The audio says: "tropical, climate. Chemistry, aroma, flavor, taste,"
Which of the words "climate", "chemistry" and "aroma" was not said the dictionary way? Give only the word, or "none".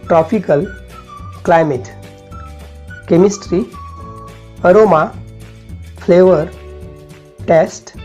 none